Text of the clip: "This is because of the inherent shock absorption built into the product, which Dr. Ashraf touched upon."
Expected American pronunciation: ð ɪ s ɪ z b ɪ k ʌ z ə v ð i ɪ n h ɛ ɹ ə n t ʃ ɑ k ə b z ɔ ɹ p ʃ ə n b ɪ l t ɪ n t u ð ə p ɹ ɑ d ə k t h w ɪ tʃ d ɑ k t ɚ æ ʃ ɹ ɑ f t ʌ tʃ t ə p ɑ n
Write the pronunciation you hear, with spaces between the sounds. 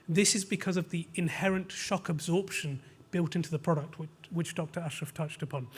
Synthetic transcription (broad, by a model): ð ɪ s ɪ z b ɪ k ʌ z ə v ð i ɪ n h ɛ ɹ ə n t ʃ ɑ k ə b z ɔ ɹ p ʃ ə n b ɪ l t ɪ n t u ð ə p ɹ ɑ d ə k t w w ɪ tʃ d ɑ k t ɚ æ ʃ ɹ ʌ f t ʌ tʃ t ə p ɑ n